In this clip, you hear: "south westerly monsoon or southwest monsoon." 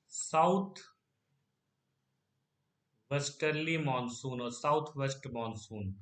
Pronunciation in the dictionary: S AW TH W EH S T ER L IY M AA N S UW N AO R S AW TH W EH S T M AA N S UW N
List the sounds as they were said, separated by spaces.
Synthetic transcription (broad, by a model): S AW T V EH S T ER L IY M AA N S UW N AO R S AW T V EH S T M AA N S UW N